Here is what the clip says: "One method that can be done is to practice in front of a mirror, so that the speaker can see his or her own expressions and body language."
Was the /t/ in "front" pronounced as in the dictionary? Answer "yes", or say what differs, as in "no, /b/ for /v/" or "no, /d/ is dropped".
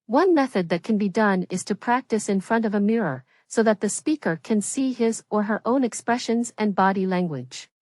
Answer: yes